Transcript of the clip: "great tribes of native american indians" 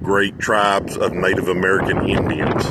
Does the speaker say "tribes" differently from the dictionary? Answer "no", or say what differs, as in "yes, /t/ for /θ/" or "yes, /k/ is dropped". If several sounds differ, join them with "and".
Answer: no